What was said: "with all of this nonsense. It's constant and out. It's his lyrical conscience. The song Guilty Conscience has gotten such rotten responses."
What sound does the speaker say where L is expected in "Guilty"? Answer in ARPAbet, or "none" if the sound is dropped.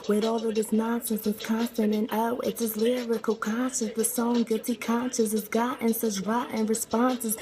none